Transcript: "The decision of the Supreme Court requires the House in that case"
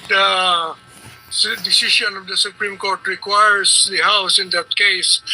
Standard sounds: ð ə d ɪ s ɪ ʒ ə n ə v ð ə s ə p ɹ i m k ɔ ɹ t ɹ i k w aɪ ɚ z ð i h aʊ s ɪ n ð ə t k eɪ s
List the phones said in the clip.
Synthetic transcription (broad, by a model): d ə d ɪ s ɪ ʃ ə n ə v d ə s ə p ɹ i m k ɔ ɹ t ɹ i k w aɪ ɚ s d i h aʊ s ɪ n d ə t k eɪ s